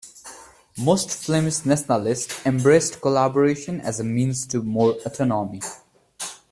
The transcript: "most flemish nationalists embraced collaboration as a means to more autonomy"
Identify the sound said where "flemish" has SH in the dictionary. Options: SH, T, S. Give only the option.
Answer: S